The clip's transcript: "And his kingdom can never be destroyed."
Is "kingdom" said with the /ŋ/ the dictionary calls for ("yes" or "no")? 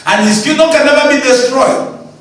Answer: no